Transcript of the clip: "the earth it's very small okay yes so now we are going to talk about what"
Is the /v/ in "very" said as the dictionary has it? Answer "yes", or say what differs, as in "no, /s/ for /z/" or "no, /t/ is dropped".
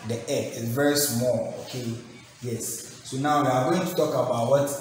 yes